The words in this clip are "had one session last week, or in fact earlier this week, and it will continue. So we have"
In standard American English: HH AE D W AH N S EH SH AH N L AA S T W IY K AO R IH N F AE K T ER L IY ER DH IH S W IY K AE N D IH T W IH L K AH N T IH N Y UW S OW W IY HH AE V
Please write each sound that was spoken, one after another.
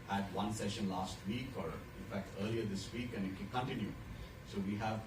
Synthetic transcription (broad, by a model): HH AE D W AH N S EH SH AH N L AA S T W IY K AO R IH N F AE K T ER L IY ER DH IH S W IY K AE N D IH T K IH N K AH N T IH N Y UW S OW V IY HH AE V